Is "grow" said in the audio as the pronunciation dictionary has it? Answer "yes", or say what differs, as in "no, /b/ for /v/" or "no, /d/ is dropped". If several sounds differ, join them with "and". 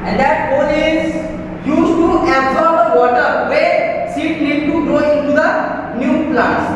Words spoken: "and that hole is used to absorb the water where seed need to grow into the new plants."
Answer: no, /ɹ/ is dropped